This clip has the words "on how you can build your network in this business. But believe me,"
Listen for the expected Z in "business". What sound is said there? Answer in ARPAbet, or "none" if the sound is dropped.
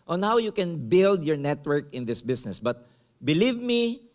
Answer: S